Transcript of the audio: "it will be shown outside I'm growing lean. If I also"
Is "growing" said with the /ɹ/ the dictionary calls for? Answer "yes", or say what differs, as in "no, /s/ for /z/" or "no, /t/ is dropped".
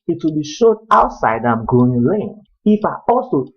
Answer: no, /ɹ/ is dropped